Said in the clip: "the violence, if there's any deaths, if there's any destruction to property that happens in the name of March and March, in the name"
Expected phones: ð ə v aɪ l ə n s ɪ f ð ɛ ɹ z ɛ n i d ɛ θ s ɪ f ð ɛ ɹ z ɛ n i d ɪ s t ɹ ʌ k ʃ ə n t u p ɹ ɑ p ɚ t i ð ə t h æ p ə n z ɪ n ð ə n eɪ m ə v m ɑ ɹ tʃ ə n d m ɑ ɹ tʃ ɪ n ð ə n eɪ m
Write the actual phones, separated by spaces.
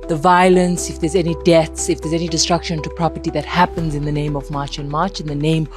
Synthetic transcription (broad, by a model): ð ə v aɪ l ə n s ɪ f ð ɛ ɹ z ɛ n i d ɛ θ s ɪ f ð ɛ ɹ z ɛ n i d ɪ s t ɹ ʌ k ʃ ə n t u p ɹ ɑ p ɚ t i ð ə t h æ p ə n z ɪ n ð ə n eɪ m ə v m ɑ ɹ tʃ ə n m ɑ ɹ tʃ ɪ n ð ə n eɪ m